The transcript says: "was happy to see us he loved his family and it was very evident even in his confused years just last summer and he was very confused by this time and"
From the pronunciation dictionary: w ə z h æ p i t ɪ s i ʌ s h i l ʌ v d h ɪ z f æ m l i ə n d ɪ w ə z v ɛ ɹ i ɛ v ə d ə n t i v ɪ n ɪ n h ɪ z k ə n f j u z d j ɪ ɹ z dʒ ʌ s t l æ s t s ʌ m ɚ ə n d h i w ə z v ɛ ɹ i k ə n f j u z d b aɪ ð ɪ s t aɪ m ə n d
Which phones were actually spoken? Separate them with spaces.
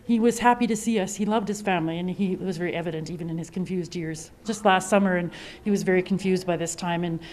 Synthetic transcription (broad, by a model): w ə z h æ p i t ɪ s i ʌ s h i l ʌ v d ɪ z f æ m l i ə n ɪ w ə z v ɛ ɹ i ɛ v ə d ə n t i v ɪ n ɪ n ɪ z k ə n f j u z d j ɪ ɹ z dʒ ʌ s t l æ s t s ʌ m ɚ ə n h i w ə z v ɛ ɹ i k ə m f j u z d b aɪ ð ɪ s t aɪ m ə n